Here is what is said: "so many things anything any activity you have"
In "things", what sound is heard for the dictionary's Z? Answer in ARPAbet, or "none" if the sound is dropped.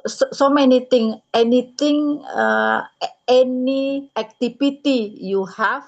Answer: none